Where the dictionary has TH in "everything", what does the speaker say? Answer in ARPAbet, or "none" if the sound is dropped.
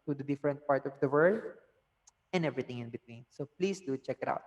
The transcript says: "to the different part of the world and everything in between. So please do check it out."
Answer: T